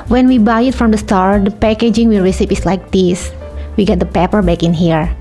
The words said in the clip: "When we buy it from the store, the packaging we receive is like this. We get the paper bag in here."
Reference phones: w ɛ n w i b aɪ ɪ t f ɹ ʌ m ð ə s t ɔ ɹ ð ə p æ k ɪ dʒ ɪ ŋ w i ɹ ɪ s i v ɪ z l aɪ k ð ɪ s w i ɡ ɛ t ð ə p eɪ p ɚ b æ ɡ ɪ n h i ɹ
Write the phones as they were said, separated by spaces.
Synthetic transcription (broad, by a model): w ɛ n w i b aɪ ɪ t f ɹ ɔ m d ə s t ɔ ɹ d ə p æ k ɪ dʒ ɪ ŋ w i ɹ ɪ s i p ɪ s l aɪ k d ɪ s w i ɡ ɛ t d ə p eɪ p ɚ b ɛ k ɪ n h i ɹ